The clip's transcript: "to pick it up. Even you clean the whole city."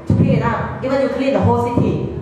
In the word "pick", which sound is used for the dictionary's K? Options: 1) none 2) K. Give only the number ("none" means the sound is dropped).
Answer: 1